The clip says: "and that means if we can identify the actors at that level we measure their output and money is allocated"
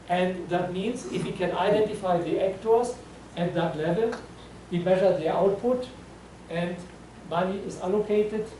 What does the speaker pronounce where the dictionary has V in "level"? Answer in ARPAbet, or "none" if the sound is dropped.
V